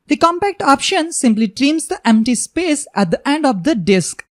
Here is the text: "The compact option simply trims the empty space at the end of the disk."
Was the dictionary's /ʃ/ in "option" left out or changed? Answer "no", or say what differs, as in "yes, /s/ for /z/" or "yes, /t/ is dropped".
no